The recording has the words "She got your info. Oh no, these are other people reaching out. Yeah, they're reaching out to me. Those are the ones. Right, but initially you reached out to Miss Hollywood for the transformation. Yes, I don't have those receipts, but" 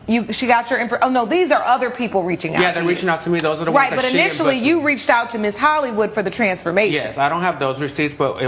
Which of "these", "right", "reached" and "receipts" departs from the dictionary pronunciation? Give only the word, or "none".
none